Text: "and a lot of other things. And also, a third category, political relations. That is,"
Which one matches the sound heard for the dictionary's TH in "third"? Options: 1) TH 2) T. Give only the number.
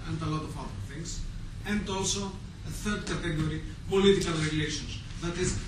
1